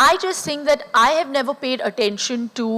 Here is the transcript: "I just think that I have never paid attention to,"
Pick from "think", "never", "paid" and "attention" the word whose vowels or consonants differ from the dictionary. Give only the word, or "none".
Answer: think